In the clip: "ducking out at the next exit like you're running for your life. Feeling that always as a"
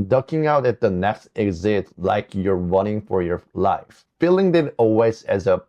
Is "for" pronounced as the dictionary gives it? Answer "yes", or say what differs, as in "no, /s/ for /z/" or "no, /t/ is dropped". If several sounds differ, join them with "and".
yes